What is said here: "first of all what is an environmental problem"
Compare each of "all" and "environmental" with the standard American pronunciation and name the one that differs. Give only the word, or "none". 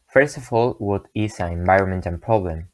environmental